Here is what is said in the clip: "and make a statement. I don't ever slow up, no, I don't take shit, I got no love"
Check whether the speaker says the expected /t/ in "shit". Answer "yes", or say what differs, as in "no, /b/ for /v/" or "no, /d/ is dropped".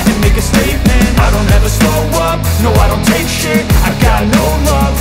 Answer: no, /t/ is dropped